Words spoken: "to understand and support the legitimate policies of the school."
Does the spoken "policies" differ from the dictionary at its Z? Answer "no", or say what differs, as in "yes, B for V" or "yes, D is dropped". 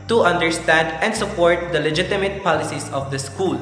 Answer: yes, S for Z